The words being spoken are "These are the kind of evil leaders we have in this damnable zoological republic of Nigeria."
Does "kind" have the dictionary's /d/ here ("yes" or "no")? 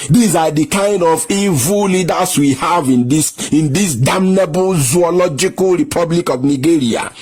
yes